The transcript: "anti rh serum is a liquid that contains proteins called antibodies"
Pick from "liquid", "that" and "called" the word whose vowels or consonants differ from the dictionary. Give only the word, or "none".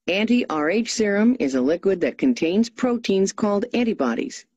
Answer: none